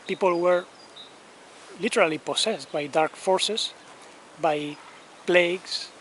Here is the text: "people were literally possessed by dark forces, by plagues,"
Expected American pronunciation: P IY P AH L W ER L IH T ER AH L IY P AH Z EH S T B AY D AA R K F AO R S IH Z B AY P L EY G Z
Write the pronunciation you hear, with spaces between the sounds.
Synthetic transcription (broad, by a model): P IY P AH L W ER L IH T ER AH L IY P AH S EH S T B AY D AA R K F AO R S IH S B AY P L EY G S